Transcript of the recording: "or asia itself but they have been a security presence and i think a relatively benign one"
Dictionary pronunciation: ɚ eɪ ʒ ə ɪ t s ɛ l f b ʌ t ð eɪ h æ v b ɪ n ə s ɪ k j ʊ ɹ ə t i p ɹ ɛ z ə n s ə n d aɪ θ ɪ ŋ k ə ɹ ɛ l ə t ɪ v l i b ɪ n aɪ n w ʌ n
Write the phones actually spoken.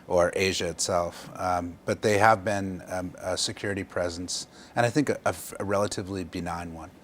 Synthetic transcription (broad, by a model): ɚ eɪ ʒ ə ɪ t s ɛ l f b ʌ t ð eɪ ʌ v b ɪ n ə s ɪ k j ʊ ɹ ə t i p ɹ ɛ z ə n s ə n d aɪ θ ɪ ŋ k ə ɹ ɛ l ə t ɪ v l i b ɪ n aɪ n w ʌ n